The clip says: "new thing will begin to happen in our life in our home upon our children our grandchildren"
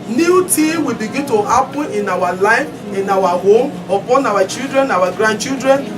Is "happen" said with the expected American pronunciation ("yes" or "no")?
no